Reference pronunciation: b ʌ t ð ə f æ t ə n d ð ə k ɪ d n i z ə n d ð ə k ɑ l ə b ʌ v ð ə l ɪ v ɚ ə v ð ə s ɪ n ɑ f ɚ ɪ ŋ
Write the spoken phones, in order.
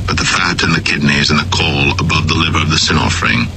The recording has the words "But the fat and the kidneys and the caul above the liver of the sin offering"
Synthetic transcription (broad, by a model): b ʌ t ð ə f æ t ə n ð ə k ɪ d n i z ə n ð ə k ɑ l ə b ʌ v ð ə l ɪ v ɚ ə v ð ə s ɪ n ɑ f ɚ ɪ ŋ